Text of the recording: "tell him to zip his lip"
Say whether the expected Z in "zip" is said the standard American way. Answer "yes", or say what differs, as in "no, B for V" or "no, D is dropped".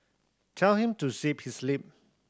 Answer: no, S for Z